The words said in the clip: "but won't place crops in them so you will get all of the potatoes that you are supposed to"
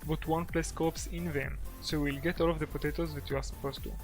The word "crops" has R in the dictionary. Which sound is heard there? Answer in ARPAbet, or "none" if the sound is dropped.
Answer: none